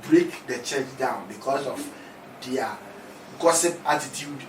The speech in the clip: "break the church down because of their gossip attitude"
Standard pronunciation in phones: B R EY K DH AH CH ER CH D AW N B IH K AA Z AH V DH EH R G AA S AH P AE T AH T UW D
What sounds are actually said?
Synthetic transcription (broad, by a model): B R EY K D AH CH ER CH D AW N B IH K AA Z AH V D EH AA G AA S AH P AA T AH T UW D